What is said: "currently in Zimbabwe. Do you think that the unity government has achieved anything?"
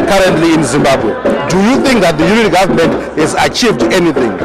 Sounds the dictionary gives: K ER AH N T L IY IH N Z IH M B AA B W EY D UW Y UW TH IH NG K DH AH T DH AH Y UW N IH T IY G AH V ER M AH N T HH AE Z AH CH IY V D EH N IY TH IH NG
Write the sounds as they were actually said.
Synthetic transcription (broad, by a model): K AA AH N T L IY IH N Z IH M B AA B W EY D UW Y UW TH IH NG K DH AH T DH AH Y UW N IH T G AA V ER M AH N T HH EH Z AH CH IY V D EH N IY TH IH NG